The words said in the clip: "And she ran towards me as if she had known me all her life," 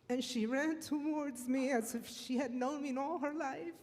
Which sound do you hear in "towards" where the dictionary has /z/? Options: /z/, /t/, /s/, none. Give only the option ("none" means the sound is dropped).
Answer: /z/